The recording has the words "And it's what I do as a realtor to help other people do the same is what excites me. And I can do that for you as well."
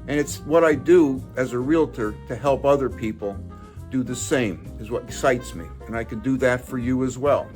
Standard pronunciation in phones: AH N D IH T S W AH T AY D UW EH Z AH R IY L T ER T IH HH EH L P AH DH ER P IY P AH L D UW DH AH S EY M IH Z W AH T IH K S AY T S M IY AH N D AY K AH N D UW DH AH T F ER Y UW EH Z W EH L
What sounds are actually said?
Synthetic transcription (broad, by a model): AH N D IH T S W AH T AY D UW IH Z AH R IY L T ER T IH HH EH L P AH DH ER P IY P L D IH DH AH S EY M IH Z W AH T IH K S AY T S M IY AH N AY K AH N D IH DH AH T F ER Y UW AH Z W EH L